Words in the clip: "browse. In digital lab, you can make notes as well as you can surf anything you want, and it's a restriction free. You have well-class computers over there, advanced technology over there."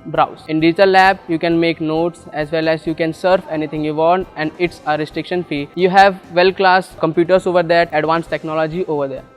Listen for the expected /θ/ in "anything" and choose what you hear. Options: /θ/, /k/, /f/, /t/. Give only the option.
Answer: /t/